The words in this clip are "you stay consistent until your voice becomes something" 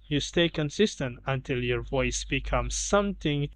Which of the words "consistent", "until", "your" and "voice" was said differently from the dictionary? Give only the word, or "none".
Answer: none